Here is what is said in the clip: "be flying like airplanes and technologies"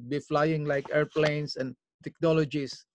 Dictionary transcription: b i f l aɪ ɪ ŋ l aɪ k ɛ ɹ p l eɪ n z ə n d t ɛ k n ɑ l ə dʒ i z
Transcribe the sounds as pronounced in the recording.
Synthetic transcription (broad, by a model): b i f l aɪ ɪ ŋ l aɪ k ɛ ɹ p l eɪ n s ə n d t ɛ k n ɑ l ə dʒ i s